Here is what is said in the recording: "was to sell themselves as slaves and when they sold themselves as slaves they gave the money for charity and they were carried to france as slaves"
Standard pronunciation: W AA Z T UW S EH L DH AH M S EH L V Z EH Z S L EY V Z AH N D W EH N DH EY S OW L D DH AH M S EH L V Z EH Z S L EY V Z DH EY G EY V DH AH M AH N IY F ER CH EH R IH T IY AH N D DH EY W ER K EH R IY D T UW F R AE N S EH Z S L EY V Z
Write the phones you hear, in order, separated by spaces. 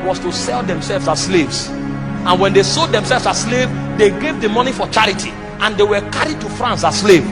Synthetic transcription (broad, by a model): W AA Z T UW S EH L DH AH M S EH L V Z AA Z S L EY V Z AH N W EH N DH EY S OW D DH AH M S EH L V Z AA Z S L EY V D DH EY G EY V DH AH M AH N IY F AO CH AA R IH T IY AH N D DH EY W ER K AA R IY D T UW F R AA N S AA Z S L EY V